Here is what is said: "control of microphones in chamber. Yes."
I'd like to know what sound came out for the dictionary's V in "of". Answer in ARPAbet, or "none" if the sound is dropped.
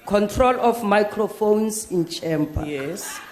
F